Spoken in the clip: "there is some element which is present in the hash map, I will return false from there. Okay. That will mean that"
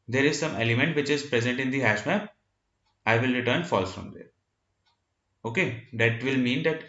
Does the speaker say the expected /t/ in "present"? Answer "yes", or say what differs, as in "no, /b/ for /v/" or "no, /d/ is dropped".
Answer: yes